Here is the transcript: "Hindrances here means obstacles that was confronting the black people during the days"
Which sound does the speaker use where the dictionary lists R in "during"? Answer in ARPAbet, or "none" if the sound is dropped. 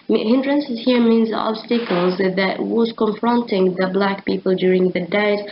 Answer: R